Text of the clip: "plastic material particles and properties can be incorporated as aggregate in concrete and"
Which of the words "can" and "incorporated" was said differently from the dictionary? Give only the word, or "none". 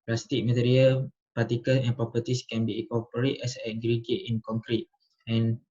incorporated